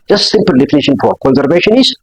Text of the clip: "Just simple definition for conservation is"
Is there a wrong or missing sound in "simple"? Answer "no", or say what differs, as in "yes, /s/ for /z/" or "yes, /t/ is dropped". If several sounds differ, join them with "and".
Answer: no